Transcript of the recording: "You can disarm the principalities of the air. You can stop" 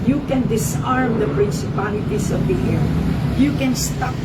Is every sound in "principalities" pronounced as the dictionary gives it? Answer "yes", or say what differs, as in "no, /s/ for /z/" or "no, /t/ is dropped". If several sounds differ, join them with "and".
no, /s/ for /z/